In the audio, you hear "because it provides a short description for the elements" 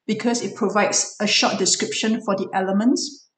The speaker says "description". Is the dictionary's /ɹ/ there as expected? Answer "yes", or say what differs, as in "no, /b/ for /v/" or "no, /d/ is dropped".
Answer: yes